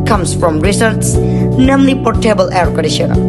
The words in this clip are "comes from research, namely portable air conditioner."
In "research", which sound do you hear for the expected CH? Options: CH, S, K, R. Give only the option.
S